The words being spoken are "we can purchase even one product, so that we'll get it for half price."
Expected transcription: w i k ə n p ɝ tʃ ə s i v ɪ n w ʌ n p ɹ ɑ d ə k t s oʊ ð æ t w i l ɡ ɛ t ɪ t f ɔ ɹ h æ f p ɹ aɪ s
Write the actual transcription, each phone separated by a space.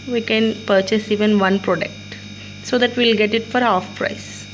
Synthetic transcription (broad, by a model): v i k ə n p ɝ tʃ ə s i v ɪ n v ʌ n p ɹ ɑ d ə k t s oʊ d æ t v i l ɡ ɛ t ɪ t f ɔ ɹ h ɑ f p ɹ aɪ s